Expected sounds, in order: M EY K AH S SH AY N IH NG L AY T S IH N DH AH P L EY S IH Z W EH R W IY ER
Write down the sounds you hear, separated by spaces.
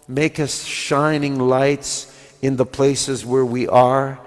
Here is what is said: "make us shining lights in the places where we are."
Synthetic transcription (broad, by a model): M EY K AH S SH AY N IH NG L AY T S IH N DH AH P L EY S IH Z W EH R W IY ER